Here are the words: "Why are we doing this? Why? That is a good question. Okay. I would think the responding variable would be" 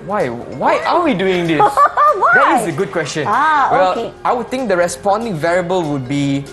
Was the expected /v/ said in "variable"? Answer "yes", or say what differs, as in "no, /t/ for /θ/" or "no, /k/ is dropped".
yes